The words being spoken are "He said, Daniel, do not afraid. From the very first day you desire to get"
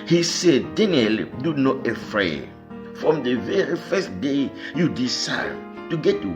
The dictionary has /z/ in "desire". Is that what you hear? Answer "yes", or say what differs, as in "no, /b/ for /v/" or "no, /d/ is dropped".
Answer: no, /s/ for /z/